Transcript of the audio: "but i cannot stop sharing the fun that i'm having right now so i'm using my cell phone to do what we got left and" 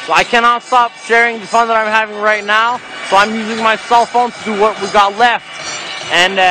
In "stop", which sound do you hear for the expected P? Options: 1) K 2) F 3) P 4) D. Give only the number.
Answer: 3